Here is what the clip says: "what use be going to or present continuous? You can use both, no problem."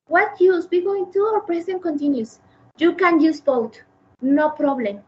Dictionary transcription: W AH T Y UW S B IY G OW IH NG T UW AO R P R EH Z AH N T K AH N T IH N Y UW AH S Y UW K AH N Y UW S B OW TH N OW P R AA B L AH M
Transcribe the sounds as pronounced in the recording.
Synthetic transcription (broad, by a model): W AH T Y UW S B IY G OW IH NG T UW AO R P R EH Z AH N K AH N T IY N Y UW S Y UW K AH N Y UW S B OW T N OW P R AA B L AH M